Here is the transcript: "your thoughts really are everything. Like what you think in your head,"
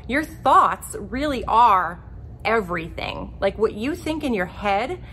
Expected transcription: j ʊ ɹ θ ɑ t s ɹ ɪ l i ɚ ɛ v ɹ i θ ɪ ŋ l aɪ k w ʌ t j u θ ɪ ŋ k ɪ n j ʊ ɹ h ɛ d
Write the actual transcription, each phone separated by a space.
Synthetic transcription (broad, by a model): j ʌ ɹ θ ɑ t s ɹ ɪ l i ɚ ɛ v ɹ i θ ɪ ŋ l aɪ k w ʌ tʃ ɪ θ ɪ ŋ k ɪ n j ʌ ɹ h ɛ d